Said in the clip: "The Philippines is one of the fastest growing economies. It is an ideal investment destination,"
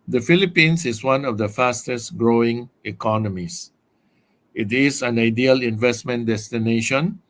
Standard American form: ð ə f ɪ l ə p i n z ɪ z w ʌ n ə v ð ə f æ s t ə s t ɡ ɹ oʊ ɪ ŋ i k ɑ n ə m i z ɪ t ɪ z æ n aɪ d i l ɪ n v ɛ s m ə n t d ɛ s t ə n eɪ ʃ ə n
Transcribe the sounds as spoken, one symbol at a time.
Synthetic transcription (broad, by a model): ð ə f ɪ l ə p i n s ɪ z w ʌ n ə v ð ə f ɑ s t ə s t ɡ ɹ oʊ ɪ ŋ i k ɑ n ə m i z ɪ t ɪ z æ n aɪ d i l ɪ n v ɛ s m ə n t d ɛ s t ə n eɪ ʃ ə n